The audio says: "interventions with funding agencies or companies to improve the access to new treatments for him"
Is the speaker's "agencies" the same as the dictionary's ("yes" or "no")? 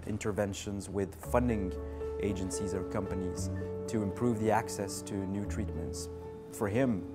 yes